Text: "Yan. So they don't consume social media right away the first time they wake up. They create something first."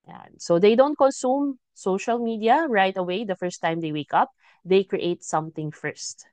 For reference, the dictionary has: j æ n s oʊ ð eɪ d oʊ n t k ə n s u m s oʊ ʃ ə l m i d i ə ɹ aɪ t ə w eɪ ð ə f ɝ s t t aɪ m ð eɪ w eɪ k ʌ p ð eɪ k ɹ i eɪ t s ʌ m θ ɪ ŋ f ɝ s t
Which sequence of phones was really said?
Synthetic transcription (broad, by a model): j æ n s oʊ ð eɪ d oʊ n t k ə n s u m s oʊ ʃ ə l m i d i ə ɹ aɪ t ə w eɪ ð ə f ɝ s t t aɪ m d eɪ w eɪ k ʌ p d eɪ k ɹ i eɪ t s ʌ m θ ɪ ŋ f ɝ s t